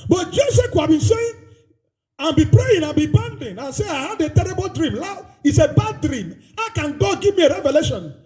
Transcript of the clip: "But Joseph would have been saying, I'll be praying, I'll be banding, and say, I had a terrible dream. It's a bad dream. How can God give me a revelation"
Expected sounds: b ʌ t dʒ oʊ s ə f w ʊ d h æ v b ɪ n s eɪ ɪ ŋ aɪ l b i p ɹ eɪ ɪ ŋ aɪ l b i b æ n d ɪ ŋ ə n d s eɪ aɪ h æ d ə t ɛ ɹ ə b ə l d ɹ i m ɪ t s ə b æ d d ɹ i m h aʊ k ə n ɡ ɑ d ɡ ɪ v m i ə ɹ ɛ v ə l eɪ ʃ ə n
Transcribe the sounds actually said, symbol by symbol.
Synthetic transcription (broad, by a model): b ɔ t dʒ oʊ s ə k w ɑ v b ɪ n s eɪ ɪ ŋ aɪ n b i p ɹ eɪ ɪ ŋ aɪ n b i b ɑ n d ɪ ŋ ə n s eɪ aɪ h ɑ d ə t ɛ ɹ ə b ə l d ɹ i m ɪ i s ə b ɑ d d ɹ i m h aʊ k ə n ɡ ɑ d ɡ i v m i ə ɹ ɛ v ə l eɪ ʃ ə n